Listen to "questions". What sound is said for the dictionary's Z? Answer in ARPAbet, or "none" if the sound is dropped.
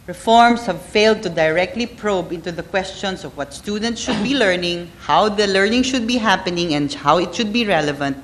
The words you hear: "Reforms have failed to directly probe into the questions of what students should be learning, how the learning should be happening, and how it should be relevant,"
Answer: S